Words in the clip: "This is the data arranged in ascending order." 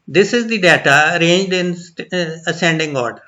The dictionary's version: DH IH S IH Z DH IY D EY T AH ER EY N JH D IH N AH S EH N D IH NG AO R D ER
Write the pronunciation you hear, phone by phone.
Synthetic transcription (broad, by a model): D IH S IH Z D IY D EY T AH ER EY N JH D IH N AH S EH N D IH NG AO R D ER